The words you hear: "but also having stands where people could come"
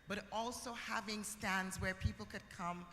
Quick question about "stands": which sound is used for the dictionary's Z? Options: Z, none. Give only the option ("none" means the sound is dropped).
Z